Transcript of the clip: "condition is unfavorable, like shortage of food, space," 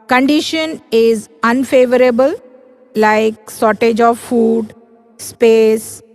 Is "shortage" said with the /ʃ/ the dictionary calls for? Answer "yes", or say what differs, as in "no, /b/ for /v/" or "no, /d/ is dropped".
no, /s/ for /ʃ/